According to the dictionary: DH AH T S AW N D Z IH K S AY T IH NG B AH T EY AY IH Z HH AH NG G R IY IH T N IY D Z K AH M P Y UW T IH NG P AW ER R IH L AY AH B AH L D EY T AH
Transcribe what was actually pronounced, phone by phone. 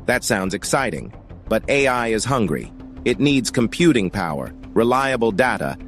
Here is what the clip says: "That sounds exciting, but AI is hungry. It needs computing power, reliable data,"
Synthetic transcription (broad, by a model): DH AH T S AW N D Z IH K S AY T IH NG B AH T EY AY IH Z HH AH NG G R IY IH T N IY D Z K AH M P Y UW T IH NG P AW ER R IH L AY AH B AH L D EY T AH